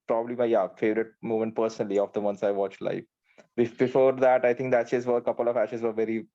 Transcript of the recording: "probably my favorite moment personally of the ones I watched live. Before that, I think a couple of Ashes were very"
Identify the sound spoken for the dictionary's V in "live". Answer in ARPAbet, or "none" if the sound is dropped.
B